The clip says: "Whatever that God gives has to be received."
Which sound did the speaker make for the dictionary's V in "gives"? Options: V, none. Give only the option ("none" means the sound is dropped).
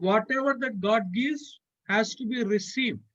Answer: none